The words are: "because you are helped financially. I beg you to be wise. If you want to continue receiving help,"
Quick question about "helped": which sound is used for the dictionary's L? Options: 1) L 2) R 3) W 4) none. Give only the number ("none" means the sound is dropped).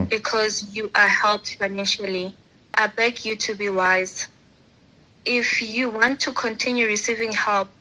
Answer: 1